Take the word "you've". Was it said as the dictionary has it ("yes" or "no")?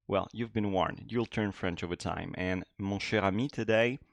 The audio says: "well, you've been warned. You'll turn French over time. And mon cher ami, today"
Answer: yes